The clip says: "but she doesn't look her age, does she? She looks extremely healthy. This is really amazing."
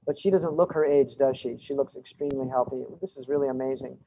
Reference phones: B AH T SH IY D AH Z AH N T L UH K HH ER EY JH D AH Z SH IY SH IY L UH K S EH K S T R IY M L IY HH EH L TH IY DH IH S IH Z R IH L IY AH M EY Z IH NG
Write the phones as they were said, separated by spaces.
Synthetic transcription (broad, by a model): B AH T SH IY D AH Z AH N T L UH K HH ER EY JH D AH Z SH IY SH IY L UH K S EH K S T R IY M L IY HH EH L TH IY DH IH S IH Z R IH L IY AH M EY Z IH NG